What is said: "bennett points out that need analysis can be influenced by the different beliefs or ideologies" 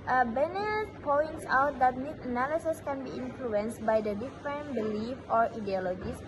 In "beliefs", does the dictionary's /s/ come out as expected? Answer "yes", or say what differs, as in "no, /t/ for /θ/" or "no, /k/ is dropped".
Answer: no, /s/ is dropped